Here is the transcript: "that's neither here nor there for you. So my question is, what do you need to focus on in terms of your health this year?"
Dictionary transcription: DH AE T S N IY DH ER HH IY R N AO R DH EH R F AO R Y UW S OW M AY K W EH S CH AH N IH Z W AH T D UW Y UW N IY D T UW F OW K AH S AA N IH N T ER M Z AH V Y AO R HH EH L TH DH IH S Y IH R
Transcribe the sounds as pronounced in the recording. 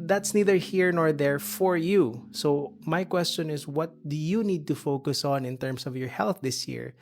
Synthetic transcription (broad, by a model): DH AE T S N IY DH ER HH IY R N AO R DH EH R F AO R Y UW S OW M AY K W EH S CH AH N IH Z W AH T D UW Y UW N IY D T UW F OW K AH S AA N IH N T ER M S AH V Y AO R HH EH L TH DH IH S Y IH R